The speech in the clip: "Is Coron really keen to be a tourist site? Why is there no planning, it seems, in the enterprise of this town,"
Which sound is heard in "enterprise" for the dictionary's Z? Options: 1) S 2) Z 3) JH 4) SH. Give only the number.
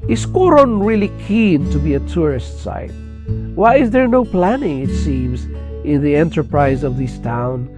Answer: 2